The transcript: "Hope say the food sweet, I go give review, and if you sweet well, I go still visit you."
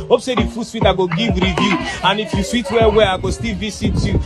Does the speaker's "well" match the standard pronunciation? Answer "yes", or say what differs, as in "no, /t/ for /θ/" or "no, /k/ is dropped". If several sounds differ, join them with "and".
no, /w/ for /l/